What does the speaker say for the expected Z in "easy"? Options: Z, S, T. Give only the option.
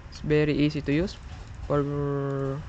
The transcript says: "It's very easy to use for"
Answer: S